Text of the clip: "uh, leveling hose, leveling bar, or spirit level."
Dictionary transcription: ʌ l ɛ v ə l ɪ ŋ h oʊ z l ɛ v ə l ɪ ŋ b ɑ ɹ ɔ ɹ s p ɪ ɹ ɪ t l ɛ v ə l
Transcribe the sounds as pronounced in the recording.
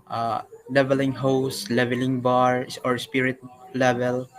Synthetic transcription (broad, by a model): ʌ l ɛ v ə l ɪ ŋ h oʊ s l ɛ v ə l ɪ ŋ b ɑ ɹ ɔ ɹ s p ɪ ɹ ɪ t l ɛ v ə l